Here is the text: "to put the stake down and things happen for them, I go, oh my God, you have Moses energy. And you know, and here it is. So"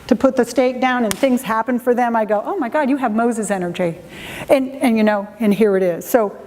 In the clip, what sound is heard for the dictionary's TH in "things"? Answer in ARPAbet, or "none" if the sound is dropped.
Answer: TH